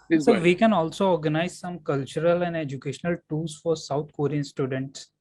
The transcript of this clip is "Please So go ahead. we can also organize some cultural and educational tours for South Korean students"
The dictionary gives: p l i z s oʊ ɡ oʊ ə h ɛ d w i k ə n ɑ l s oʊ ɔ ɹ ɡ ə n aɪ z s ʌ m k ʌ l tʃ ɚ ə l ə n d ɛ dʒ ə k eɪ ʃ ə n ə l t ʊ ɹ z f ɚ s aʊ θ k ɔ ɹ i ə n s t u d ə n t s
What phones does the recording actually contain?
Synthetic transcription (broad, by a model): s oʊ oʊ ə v i k ə n ɑ l s oʊ ɔ ɹ ɡ ə n aɪ z s ʌ m k ʌ l tʃ ɚ ə l ə n d ɛ dʒ ə k eɪ ʃ ə n ə l t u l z f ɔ s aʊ t k ɔ ɹ i ə n s t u d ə n t s